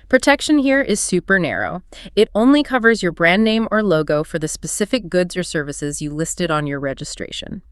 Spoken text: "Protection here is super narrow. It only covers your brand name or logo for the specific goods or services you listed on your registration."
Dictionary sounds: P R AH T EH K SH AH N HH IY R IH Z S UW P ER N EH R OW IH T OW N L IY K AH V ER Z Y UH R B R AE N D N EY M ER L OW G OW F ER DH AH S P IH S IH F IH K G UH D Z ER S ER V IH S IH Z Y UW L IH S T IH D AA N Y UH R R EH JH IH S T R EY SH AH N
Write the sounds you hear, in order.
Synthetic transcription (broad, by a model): P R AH T EH K SH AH N HH IY R IH Z S UW P ER N EH R OW IH T OW N L IY K AH V ER Z Y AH R B R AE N N EY M ER L OW G OW F ER DH AH S P IH S IH F IH K G UH D Z ER S ER V IH S IH Z Y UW L IH S T IH D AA N Y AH R R EH JH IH S T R EY SH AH N